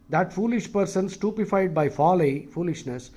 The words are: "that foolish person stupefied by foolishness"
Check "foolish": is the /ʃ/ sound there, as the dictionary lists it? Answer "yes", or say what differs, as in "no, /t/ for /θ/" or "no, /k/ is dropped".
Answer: yes